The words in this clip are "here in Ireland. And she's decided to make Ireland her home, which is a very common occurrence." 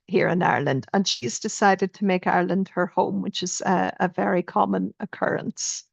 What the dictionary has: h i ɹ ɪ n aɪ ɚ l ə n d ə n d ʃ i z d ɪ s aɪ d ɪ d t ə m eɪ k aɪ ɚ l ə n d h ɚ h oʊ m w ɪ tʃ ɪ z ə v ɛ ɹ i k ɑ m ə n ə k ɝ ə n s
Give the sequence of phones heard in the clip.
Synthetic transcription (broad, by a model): h i ɹ ɪ n aɪ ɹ l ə n d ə n ʃ i z d ɪ s aɪ d ɪ d t ə m eɪ k aɪ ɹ l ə n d h ɚ h oʊ m w ɪ tʃ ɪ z ə v ɛ ɹ i k ɑ m ə n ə k ɝ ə n s